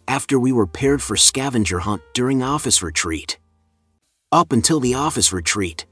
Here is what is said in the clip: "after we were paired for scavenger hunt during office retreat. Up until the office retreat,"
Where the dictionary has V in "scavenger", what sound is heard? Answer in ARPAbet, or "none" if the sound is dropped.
V